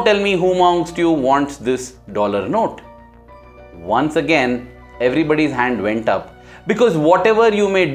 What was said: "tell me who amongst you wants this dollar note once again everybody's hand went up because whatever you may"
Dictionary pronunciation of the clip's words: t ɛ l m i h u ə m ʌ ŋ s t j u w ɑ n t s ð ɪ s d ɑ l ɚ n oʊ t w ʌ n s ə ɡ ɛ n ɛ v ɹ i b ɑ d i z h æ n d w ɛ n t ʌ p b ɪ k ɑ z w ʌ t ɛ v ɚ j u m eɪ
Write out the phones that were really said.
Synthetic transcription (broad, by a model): t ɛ l m i h u m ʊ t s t j u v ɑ n t s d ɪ s d ɑ l ɚ n oʊ t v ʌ n s ə ɡ ɛ n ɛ v ɹ i b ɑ d i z h æ n d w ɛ n t ʌ p b ɪ k ɑ z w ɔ t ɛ v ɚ j u m eɪ